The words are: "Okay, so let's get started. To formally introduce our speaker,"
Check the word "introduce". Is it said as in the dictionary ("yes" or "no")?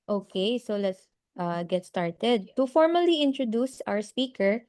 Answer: yes